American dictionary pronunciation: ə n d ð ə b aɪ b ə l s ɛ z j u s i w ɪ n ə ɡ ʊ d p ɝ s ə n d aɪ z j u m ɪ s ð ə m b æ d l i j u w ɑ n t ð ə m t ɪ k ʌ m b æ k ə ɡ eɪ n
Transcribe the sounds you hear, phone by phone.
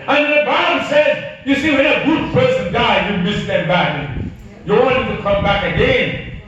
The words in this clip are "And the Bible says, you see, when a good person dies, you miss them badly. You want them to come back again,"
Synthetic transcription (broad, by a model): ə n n ð ə b aɪ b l s ɛ z j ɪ s i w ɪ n ə ɡ ʊ d p ɝ s ə n d aɪ j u m ɪ s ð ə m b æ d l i j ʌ w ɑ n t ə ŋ t ɪ k ʌ m b æ k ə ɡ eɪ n